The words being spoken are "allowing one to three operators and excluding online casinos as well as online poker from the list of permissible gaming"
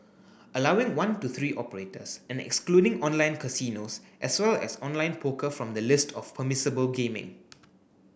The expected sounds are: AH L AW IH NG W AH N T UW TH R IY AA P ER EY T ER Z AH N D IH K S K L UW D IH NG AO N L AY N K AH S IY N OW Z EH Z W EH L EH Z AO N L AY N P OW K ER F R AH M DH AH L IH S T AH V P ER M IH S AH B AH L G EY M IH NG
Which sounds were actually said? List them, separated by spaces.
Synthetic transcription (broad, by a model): AH L AW IH NG W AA N T UW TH R IY AA P ER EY T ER S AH N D IH K S K L UW D IH NG AO N L AY N K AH S IY N OW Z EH S W EH L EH S AO N L AY N P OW K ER F R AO M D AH L IH S T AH F P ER M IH S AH B AH L G EY M IH NG